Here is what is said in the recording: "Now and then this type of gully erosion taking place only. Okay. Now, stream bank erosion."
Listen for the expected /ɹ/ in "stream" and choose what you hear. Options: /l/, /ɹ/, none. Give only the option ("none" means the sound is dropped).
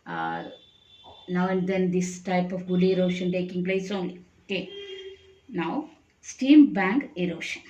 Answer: none